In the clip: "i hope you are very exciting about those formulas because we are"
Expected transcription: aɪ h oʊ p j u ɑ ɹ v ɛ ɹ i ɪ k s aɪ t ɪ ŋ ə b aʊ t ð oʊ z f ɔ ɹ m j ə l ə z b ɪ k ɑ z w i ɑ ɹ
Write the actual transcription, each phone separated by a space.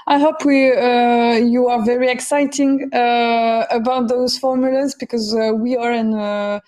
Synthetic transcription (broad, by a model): aɪ h oʊ p j u ɑ ɹ v ɛ ɹ i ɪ k s aɪ t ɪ ŋ ə b aʊ t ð oʊ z f ɔ ɹ m j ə l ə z b ɪ k ɑ z w i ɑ ɹ